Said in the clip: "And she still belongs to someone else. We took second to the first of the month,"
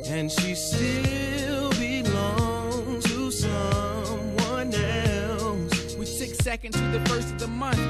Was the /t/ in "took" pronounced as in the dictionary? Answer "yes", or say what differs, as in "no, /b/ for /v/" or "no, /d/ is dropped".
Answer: no, /s/ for /t/